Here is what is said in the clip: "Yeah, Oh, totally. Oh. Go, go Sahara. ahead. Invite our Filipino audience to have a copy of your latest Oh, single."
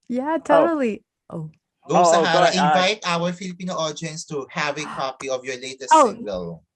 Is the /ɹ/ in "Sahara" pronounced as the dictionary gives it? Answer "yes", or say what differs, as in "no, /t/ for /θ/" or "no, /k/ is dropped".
no, /ɹ/ is dropped